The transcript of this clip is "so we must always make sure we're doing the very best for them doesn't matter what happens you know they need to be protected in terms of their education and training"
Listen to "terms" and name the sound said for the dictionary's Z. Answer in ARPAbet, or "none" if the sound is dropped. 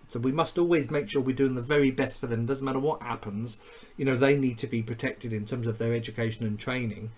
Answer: Z